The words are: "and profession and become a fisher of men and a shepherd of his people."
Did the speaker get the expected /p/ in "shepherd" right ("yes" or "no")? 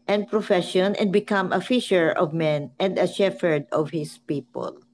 no